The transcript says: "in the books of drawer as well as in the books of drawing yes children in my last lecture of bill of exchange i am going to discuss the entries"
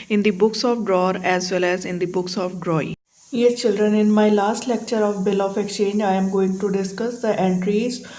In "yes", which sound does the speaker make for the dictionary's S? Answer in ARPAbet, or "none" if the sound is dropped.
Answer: none